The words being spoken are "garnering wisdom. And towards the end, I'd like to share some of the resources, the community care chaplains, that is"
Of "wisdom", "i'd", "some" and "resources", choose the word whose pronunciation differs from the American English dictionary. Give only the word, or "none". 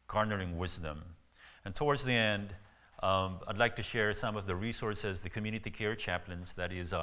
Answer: none